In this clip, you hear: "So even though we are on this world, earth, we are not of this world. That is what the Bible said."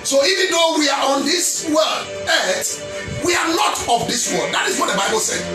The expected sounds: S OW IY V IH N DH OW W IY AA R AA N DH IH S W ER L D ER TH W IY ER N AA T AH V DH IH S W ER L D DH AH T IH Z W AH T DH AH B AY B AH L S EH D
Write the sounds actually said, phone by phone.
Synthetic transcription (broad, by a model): S OW IY V IH N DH OW W IY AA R AA N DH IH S W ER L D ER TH W IY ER L AA T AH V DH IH S W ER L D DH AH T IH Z W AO T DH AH B AY B AH L S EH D